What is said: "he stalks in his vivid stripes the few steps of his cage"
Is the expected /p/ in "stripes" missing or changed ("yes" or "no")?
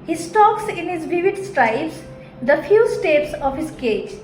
yes